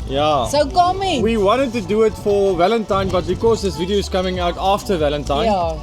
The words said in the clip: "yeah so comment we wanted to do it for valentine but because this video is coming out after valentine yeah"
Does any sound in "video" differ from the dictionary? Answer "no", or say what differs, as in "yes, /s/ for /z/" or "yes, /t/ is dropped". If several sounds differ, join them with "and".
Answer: no